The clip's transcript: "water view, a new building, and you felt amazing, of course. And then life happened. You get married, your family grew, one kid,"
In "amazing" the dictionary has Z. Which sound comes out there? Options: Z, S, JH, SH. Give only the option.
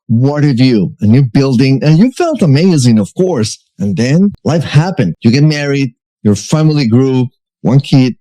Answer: Z